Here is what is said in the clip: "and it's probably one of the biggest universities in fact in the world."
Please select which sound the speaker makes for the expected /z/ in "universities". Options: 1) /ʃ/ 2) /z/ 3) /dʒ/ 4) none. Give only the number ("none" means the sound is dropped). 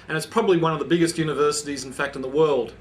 2